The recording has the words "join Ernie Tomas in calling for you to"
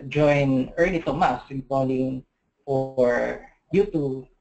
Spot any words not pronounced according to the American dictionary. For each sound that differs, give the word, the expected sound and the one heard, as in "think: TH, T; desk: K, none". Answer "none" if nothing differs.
ernie: N, L